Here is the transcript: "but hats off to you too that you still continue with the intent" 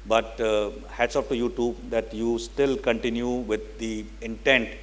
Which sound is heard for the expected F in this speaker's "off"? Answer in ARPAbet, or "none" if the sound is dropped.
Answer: P